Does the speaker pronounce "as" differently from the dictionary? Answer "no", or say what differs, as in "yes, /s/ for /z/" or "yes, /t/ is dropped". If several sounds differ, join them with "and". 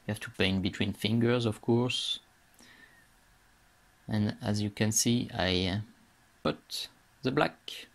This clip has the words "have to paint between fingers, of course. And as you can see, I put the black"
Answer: no